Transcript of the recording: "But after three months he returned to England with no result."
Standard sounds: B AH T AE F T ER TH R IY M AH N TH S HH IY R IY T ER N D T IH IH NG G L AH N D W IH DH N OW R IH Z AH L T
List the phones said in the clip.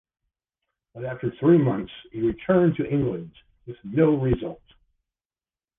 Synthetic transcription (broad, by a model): B AH T AE F T ER TH R IY M AH N TH S HH IY R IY T ER N T IH IH NG G L AH N D W IH DH N OW R IH Z AH L T